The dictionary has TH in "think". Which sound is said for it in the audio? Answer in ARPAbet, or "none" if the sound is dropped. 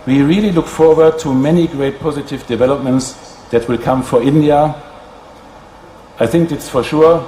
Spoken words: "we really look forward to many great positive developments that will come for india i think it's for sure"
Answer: TH